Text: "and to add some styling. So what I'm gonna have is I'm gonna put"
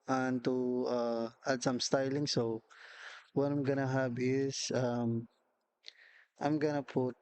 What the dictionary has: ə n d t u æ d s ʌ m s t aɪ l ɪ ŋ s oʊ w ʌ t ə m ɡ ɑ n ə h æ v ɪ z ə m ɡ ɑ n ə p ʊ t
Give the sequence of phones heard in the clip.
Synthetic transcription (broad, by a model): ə n t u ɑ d s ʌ m s t aɪ l ɪ ŋ s oʊ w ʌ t ə m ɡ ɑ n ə h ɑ b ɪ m ə m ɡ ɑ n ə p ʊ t